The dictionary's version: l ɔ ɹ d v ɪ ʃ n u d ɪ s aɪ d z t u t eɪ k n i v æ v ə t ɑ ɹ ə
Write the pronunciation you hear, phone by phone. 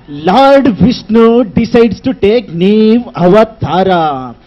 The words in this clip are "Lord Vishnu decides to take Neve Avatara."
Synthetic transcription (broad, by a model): l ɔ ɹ d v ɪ s n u d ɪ s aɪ d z t u t eɪ k n i v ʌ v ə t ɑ ɹ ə